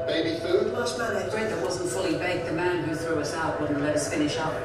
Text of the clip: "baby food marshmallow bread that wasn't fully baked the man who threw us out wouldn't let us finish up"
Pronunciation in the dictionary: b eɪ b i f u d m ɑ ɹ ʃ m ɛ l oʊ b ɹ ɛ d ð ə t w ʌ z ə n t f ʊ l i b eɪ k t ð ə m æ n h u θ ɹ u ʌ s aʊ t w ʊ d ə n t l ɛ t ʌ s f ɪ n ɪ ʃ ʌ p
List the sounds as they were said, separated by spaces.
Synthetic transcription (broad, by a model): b eɪ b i f u d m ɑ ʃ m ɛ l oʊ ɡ ɹ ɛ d ð ə t w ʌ z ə n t f ʊ l i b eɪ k ð ə m æ n h u θ ɹ u ʌ s aʊ t w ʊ d n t l ɛ t ʌ s f ɪ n ɪ ʃ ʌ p